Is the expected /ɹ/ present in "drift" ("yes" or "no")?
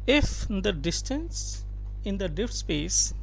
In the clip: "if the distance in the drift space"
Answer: no